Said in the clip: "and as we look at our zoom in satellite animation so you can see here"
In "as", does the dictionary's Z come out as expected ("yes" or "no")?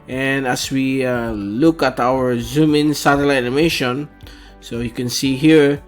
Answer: no